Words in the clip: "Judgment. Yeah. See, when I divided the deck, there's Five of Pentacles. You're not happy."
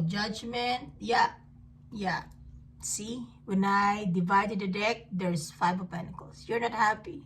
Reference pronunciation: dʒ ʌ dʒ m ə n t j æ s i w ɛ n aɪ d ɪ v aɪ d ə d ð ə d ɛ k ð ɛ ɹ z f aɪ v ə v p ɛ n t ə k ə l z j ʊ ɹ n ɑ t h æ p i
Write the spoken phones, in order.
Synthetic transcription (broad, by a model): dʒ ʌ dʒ m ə n t j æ s i w ɛ n aɪ d ɪ v aɪ d ə d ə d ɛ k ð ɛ ɹ s f aɪ v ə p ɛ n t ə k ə l s j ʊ ɹ n ɑ t h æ p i